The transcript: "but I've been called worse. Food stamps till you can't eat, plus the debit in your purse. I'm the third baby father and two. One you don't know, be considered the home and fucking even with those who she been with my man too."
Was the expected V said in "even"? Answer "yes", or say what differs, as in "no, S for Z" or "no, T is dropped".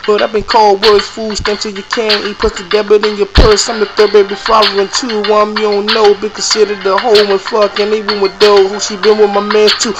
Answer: no, W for V